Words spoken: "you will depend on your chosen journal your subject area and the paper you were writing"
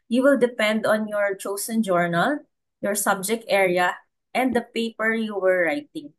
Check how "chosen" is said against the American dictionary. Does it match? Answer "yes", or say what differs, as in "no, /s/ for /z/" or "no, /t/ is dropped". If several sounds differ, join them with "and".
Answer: no, /s/ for /z/